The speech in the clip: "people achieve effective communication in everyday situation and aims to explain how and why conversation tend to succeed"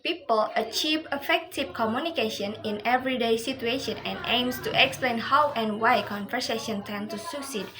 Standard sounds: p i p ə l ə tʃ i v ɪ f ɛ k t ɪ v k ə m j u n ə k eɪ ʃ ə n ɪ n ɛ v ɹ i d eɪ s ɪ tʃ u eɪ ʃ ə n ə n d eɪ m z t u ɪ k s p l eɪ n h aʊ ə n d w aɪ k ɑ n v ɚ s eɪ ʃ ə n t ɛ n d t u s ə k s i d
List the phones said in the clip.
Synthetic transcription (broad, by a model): p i p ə l ə tʃ i v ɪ f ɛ k t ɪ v k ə m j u n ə k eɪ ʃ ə n ɪ n ɛ v ɹ i d eɪ s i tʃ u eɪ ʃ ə n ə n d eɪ m s t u ɪ k s p l eɪ n h aʊ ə n w aɪ k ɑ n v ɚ s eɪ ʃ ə n t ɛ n t u s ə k s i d